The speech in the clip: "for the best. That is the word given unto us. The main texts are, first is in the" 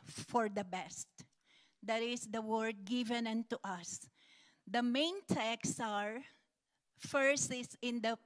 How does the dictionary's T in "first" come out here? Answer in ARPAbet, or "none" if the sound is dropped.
none